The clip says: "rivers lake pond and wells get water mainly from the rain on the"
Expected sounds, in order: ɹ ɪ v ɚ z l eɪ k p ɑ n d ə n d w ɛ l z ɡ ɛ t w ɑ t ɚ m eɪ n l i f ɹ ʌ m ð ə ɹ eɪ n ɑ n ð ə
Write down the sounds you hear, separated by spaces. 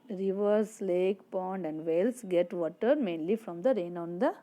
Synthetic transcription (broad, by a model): ɹ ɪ v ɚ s l eɪ k p ɑ n d ə n d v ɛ l s ɡ ɛ t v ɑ t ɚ m eɪ n l i f ɹ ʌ m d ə ɹ eɪ n ɑ n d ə